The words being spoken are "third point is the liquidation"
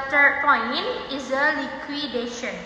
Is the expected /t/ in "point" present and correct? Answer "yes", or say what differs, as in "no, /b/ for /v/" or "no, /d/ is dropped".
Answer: no, /t/ is dropped